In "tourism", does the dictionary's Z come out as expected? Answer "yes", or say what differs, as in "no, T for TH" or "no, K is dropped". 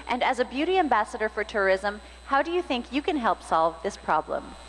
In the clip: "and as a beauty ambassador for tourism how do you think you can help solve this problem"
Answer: yes